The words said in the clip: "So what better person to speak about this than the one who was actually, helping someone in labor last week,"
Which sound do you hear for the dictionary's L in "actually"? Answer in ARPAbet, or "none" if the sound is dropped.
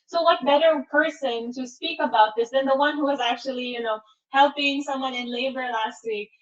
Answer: N